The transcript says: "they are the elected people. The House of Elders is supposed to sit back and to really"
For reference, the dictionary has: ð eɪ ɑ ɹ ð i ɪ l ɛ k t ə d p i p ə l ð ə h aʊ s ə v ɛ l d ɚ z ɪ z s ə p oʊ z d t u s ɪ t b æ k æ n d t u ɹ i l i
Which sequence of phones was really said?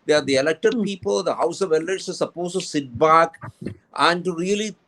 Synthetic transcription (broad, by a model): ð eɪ ɑ ɹ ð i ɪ l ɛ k t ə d p i p ə l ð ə h aʊ s ə v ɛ l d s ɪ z s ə p oʊ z t u s ɪ t b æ k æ n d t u ɹ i l i